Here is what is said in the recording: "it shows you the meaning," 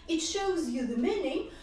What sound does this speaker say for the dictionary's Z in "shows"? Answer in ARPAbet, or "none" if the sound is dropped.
Z